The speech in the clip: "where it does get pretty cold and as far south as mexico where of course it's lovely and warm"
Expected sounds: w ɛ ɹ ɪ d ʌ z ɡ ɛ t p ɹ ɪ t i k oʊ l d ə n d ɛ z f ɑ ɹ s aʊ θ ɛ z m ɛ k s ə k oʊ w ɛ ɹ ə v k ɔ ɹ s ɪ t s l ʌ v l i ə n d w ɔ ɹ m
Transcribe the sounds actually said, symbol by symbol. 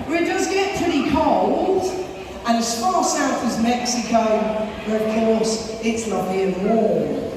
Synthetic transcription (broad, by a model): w ɪ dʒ ʌ s ɡ ɛ t p ɹ ɪ t i k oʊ l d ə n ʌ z f ɑ ɹ s aʊ θ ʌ z m ɛ k s ə k oʊ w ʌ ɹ ə v k ɔ ɹ s ɪ t s l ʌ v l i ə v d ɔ